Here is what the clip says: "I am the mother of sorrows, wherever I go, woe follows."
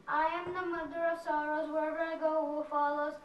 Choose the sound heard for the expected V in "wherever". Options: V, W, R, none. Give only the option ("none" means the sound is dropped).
none